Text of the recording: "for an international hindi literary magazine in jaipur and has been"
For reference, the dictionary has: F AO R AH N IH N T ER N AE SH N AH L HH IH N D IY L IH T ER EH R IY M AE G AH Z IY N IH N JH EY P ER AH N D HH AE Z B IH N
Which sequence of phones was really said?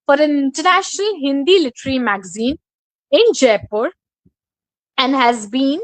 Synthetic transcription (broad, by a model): F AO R AH N IH N T ER N AE SH N AH L HH IH N D IY L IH T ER R IY M AE G AH Z IY N IH N JH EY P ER AH N D HH AE Z B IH N